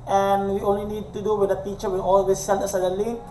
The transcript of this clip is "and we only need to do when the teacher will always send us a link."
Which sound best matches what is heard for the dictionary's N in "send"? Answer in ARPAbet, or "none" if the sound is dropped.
L